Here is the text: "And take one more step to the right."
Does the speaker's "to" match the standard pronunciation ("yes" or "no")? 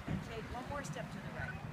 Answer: no